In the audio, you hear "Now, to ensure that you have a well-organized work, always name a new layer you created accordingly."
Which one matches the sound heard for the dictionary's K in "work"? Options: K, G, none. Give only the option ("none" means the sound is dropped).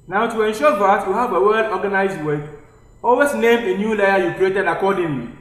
none